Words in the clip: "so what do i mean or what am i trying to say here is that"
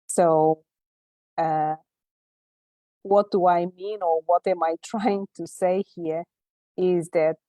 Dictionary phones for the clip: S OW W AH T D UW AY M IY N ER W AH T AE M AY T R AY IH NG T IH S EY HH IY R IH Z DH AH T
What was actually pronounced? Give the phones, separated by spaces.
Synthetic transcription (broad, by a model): S OW W AH T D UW AY M IY N ER W AH T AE M AY T R AY IH NG T IH S EY HH IY R IH Z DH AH T